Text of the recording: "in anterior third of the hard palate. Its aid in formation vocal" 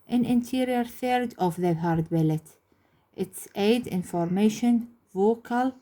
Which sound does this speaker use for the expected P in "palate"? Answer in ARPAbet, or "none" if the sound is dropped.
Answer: B